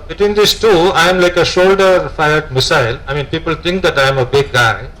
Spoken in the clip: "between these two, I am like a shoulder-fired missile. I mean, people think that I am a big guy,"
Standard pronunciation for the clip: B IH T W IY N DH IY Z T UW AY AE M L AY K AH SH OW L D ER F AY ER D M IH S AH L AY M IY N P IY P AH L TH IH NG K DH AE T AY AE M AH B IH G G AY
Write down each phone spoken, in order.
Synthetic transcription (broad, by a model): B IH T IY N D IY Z T UW AY M L AY K AH SH OW L D ER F AY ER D M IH S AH L AY M IY N P IY P AH L T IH NG K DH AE T AY M AH B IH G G AY